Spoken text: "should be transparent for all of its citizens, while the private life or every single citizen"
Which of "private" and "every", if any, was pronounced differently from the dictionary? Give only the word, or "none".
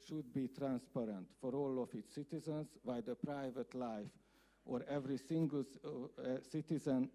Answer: none